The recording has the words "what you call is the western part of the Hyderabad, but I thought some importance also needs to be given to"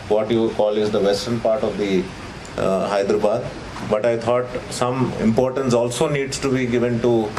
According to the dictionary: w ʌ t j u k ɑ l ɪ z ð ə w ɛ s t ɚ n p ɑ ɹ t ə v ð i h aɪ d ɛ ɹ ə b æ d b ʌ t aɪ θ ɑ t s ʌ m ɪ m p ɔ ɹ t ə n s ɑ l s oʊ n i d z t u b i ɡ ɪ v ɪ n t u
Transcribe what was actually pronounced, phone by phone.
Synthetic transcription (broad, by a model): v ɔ t j u k ɑ l ɪ z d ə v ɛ s t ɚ n p ɑ ɹ t ə v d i h aɪ d ɹ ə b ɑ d b ʌ t aɪ t ɑ t s ʌ m ɪ m p ɔ ɹ t ə n s ɑ l s oʊ n i d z t u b i ɡ ɪ v ɪ n t u